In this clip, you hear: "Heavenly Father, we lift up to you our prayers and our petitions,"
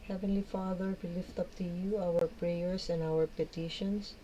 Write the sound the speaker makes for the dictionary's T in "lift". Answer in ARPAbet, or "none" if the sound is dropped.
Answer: T